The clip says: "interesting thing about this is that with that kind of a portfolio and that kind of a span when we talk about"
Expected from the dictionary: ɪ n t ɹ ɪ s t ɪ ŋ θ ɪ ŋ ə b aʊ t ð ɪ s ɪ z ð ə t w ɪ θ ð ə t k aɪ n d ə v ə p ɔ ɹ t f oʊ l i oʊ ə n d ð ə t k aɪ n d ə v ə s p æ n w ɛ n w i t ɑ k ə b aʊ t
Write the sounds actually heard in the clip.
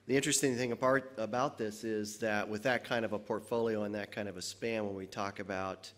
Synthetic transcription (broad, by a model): ɪ n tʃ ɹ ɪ s t ɪ ŋ θ ɪ ŋ ə b aʊ t ð ɪ s ɪ z ð ə t w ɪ ð ə t k aɪ n d ə v ə p ɔ ɹ t f oʊ l i oʊ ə n ð ə t k aɪ n d ə v ə s p æ n w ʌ n w i t ɑ k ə b aʊ t